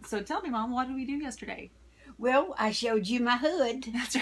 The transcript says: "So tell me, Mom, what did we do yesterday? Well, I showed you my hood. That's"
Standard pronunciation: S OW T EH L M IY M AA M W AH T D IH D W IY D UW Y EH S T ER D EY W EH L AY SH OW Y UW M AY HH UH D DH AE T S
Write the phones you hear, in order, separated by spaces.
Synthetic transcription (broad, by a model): S OW T EH L M IY M AA M W AH T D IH W IY D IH Y EH S T ER D EY W EH L AY SH OW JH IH M AY HH UH D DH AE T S